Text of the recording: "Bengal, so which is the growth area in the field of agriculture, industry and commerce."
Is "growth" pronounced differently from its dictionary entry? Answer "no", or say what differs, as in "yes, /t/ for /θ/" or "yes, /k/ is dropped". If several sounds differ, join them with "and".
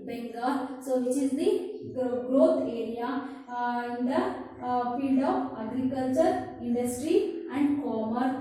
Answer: yes, /t/ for /θ/